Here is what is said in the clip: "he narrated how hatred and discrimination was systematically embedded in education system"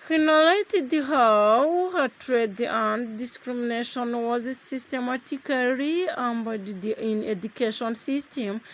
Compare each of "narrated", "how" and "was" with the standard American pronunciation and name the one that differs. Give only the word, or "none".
narrated